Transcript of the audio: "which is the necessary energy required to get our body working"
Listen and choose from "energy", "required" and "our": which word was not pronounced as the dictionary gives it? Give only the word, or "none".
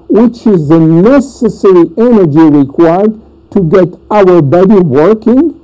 none